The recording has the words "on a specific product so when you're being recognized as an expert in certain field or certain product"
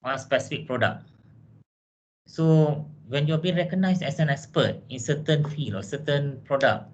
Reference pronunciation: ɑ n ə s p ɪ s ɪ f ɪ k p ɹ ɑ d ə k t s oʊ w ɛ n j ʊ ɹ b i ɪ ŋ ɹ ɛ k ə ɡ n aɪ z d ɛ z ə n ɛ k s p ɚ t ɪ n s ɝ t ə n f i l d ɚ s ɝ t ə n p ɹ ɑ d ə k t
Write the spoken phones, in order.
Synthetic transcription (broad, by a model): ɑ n s p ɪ s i f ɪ k p ɹ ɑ d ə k s oʊ w ɛ n j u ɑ b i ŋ ɹ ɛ k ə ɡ n aɪ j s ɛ s ə n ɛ k s p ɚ t ɪ n s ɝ t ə n f i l ɔ s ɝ t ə n p ɹ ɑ d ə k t